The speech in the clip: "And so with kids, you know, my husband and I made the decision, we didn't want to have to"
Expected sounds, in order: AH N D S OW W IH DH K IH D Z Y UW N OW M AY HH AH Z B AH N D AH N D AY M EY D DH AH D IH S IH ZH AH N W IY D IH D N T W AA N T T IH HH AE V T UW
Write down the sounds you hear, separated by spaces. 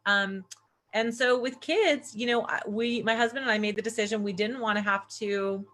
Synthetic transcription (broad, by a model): AH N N S OW W IH DH K IH D Z Y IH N OW M AY HH AH Z B AH N D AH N AY M EY D DH AH D IH S IH ZH AH N W IY D IH D N T W AA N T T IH HH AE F T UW